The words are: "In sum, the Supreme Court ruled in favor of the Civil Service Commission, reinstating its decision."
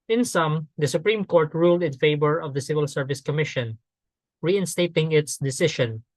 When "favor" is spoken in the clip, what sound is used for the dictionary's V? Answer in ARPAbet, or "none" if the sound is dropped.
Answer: B